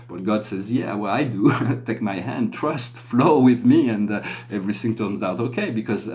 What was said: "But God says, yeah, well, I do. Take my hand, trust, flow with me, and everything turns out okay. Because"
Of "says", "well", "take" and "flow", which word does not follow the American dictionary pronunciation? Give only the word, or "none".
none